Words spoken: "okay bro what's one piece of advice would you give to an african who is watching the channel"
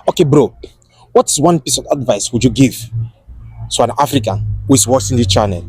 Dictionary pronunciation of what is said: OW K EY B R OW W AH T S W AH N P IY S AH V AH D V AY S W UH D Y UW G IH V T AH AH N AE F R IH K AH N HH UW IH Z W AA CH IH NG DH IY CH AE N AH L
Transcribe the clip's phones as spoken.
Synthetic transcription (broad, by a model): OW K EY B R OW W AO T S W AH N P IY S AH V AH D V AY S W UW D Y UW G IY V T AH AH N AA F R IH K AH N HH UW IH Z W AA S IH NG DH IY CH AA N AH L